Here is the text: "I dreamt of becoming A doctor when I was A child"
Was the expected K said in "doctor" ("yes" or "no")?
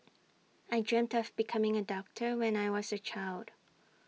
yes